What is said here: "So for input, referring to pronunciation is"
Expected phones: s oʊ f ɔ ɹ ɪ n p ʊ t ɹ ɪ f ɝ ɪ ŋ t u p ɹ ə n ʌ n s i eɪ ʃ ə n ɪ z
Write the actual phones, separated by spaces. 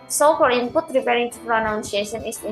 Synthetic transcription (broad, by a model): s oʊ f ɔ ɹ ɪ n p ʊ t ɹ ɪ p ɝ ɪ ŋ t u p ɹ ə n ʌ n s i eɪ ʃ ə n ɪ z